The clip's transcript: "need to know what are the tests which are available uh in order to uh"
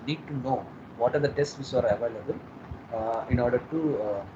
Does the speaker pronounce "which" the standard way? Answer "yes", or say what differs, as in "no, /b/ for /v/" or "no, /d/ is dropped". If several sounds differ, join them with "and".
no, /s/ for /tʃ/